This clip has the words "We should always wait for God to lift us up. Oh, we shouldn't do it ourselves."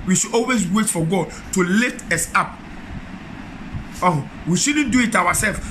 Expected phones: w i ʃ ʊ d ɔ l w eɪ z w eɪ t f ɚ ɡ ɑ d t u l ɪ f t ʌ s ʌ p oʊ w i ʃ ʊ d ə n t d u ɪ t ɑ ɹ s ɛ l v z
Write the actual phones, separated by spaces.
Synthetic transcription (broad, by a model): w i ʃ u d ɔ l w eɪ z w eɪ t f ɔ ɡ ɑ d t u l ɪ t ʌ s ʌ p oʊ w i ʃ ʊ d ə n d u ɪ t ɑ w s ɛ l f